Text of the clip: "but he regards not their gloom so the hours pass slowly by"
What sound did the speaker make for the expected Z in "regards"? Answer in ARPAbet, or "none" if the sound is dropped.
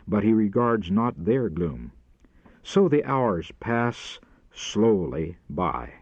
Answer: Z